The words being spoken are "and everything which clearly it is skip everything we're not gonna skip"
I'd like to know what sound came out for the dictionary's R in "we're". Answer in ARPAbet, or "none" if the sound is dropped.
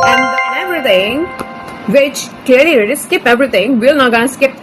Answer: L